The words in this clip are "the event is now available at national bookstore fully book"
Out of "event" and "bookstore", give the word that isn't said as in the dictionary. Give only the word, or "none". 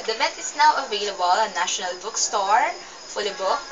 event